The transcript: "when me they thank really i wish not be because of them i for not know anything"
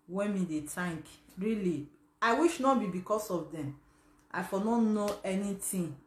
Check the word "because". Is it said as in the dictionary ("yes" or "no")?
no